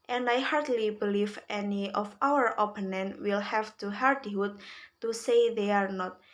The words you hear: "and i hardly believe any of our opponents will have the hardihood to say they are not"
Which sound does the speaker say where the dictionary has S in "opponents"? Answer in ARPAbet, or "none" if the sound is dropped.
none